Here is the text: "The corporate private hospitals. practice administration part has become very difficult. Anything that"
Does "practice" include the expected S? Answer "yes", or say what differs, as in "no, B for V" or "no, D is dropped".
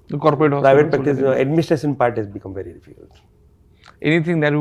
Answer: no, S is dropped